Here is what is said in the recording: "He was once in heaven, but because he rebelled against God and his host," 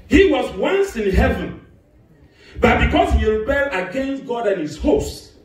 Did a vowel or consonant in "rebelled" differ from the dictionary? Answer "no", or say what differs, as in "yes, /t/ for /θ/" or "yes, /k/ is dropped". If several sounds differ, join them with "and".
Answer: yes, /d/ is dropped